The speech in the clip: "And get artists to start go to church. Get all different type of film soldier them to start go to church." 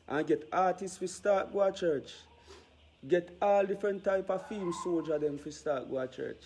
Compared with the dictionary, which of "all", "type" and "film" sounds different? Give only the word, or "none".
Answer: film